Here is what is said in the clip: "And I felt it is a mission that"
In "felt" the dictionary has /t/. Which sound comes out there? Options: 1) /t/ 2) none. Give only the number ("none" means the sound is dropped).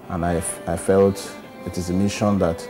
1